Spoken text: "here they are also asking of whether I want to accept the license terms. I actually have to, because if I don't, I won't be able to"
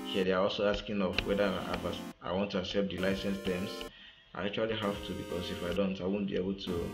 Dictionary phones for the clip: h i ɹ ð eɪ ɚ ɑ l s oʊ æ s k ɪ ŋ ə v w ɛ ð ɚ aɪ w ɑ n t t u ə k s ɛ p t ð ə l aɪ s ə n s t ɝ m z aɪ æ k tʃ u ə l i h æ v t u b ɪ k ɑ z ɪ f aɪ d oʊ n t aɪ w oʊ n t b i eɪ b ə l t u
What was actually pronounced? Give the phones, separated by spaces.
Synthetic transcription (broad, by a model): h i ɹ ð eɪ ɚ ɑ l s oʊ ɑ s k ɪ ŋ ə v w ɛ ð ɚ aɪ w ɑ n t t u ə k s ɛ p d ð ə l aɪ s ə n s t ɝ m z aɪ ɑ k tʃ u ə l i h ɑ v t u b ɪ k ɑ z ɪ f aɪ d oʊ n t aɪ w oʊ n b i eɪ b ə l t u